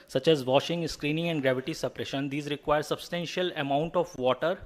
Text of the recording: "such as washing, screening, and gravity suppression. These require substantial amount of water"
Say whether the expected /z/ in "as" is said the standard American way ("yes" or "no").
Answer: yes